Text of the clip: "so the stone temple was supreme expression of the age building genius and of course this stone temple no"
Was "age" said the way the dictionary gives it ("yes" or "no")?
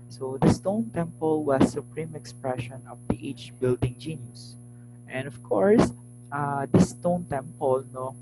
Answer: no